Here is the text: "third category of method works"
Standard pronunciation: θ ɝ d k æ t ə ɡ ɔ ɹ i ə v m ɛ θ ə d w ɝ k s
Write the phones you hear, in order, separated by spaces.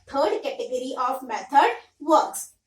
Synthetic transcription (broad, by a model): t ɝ d k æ t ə ɡ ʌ ɹ i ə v m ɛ t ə d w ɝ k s